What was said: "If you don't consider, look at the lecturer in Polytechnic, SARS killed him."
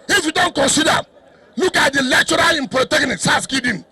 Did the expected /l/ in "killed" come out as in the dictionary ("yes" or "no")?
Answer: no